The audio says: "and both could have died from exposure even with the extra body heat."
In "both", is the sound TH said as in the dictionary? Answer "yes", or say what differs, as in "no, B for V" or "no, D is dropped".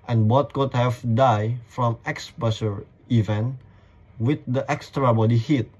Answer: no, T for TH